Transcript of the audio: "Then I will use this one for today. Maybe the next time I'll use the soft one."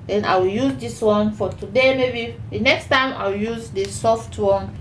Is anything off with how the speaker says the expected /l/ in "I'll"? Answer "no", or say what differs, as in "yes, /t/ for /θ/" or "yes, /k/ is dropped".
yes, /w/ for /l/